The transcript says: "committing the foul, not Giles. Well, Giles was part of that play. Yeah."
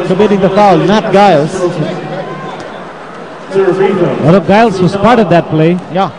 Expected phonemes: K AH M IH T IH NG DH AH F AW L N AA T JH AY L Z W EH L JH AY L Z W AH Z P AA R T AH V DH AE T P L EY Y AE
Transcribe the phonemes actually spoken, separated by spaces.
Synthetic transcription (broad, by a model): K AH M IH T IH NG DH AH F AW L N AA T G AY L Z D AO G AY L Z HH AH S P AA R T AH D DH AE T P L EY Y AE